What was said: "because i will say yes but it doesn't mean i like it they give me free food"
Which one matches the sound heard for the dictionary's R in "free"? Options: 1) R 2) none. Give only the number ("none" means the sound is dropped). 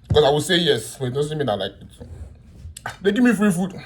1